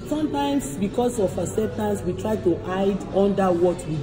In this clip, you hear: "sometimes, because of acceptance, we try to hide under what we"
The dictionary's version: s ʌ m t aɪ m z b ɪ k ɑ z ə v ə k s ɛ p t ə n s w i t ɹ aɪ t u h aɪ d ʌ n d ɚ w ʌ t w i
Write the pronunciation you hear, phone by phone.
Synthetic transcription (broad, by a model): s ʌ m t aɪ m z b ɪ k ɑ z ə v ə s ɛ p t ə n s w i t ɹ aɪ t u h aɪ d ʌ n d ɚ w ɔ t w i